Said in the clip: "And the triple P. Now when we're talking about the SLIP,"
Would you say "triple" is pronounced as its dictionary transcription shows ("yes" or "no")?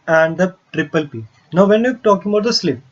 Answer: yes